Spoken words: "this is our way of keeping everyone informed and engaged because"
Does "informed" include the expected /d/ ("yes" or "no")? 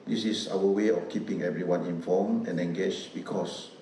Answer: no